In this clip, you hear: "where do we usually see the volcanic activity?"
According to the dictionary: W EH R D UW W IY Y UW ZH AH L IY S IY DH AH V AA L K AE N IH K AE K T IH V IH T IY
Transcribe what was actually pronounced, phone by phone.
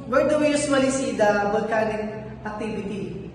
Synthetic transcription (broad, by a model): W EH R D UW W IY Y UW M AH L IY S IY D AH B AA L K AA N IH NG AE K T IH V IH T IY